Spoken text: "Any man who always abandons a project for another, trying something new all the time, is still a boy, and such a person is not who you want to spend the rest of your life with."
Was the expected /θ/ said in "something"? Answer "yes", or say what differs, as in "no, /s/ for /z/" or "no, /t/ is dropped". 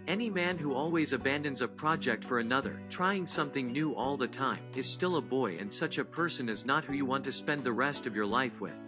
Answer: yes